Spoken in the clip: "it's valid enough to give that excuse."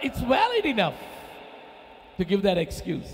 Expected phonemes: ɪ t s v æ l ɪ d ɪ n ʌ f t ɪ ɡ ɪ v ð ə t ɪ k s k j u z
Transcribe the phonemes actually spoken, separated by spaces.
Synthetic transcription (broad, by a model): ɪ t s w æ l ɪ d ɪ n ʌ f t ɪ ɡ ɪ v ð ə t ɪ k s k j u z